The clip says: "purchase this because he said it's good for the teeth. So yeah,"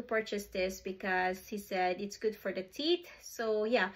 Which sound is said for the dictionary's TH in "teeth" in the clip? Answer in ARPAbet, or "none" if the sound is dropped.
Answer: T